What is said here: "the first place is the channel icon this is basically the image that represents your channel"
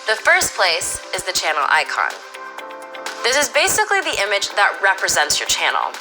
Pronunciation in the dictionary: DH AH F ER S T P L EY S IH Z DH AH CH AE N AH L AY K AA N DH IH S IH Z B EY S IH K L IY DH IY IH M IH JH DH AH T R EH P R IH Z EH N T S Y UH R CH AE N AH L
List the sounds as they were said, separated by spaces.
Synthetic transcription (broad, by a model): DH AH F ER S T P L EY S IH Z DH AH CH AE N L AY K AA N DH IH S IH Z B EY S IH K L IY DH IY IH M IH JH DH AH T R EH P R IH Z EH N T S Y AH R CH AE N L